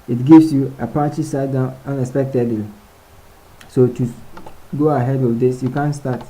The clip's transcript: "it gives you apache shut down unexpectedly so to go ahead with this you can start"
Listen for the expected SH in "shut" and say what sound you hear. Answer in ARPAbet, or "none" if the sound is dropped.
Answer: S